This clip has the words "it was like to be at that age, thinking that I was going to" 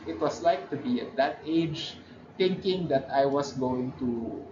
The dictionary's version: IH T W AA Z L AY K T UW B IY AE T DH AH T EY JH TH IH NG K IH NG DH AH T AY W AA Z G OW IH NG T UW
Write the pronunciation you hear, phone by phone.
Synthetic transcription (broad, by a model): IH T W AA S L AY K T UW B IY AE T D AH T EY JH T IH NG K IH NG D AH T AY W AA S G OW IH NG T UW